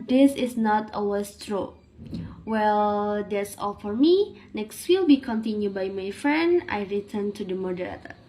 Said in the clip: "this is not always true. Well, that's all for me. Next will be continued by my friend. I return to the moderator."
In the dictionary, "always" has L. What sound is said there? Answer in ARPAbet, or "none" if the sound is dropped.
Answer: none